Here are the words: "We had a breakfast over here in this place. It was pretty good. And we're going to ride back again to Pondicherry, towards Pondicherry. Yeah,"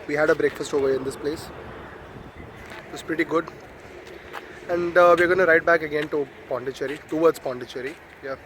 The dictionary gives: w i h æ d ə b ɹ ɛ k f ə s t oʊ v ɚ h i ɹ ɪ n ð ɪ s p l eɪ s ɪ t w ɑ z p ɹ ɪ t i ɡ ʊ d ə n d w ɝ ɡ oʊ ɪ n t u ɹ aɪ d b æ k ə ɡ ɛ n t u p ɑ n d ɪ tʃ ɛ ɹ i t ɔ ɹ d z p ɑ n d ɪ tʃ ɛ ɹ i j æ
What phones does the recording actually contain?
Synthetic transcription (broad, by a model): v i h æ d ə b ɹ ɛ k f ə s t oʊ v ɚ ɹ ɪ n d ɪ s p l eɪ s ɪ t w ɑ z p ɹ ɪ t i ɡ ʊ d ə n d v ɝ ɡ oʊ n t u ɹ aɪ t b æ k ə ɡ ɛ n t u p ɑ n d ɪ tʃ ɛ ɹ i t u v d s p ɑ n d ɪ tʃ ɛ ɹ i j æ